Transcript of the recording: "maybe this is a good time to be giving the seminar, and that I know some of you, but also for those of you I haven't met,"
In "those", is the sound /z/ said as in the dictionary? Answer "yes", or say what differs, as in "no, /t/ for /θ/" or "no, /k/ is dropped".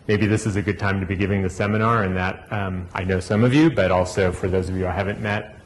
yes